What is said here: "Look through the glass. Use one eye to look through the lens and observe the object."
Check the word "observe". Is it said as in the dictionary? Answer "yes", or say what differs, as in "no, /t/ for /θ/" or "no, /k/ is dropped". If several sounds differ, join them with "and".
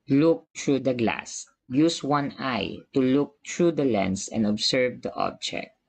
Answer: no, /s/ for /z/